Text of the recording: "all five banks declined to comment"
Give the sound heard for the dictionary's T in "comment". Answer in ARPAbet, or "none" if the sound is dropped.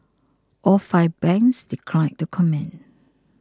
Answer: none